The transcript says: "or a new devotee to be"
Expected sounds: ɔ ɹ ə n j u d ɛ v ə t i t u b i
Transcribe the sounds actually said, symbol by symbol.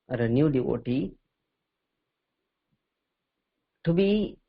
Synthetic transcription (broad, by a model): ɹ ə n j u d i w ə t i t u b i